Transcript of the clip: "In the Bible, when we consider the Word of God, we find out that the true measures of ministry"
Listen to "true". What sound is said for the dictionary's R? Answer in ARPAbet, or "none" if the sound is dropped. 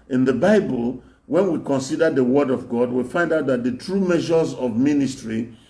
R